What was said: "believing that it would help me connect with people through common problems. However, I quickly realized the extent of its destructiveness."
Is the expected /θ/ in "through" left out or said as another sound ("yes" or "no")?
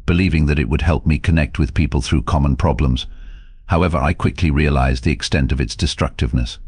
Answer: no